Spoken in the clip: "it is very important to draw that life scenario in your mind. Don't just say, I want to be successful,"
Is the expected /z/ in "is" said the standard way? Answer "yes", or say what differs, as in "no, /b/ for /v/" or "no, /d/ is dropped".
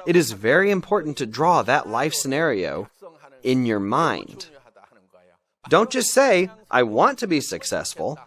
yes